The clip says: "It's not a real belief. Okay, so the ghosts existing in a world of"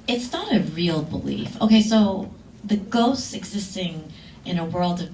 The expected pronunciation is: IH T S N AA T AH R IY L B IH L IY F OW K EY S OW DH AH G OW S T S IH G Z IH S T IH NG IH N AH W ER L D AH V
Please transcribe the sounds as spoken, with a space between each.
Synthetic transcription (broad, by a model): IH T S N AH T AH R IY L B IH L IY F OW K EY S OW DH AH G OW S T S IH G Z IH S T IH NG IH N AH W ER L D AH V